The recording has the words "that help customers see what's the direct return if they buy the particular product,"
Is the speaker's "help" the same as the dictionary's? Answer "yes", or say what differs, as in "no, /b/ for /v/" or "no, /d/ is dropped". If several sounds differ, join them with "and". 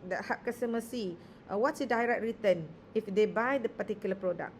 no, /l/ is dropped